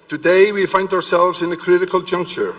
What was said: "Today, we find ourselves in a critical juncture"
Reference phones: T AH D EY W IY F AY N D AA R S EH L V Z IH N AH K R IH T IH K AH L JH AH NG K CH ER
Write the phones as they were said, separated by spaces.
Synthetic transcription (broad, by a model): T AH D EY W IY F AY N D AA R S EH L V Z IH N AH K R IH T IH K AH L JH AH NG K CH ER